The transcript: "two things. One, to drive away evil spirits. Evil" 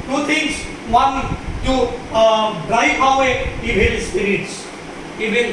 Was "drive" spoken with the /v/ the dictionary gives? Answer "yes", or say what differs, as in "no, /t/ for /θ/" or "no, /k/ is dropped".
no, /f/ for /v/